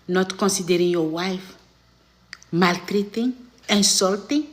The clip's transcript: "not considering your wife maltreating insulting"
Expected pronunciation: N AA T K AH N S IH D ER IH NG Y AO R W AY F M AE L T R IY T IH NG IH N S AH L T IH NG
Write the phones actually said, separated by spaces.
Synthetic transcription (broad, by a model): N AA T K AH N S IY D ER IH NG Y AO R W AY F M AE L T R IY T IH NG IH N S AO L T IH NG